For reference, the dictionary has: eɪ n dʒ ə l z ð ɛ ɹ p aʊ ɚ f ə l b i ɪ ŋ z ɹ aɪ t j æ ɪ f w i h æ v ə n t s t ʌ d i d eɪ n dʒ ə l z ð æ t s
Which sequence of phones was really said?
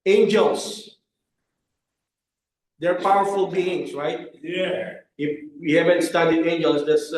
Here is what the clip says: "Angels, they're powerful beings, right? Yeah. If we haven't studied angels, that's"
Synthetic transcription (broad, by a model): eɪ n dʒ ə l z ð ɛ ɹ p aʊ ɚ f ə l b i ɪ ŋ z ɹ aɪ t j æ ɪ f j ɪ h æ v ə n t s t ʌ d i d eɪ n dʒ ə l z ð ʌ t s